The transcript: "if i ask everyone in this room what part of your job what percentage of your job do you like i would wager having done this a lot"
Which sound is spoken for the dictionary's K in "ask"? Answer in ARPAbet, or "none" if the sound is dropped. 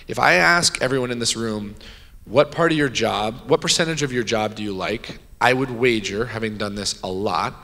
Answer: K